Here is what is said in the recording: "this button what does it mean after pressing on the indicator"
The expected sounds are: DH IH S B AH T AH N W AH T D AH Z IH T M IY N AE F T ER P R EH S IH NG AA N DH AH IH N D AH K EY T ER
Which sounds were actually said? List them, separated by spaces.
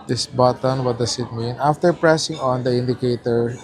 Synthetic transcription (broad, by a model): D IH S B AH T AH N W AH T D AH S IH T M IY N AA F T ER P R EH S IH NG AA N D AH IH N D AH K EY T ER